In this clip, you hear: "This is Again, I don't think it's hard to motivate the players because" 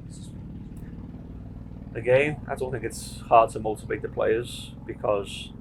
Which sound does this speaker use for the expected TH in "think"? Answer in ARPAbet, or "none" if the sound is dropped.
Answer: TH